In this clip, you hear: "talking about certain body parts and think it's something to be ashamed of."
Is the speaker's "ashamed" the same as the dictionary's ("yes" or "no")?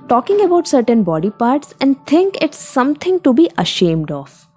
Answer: yes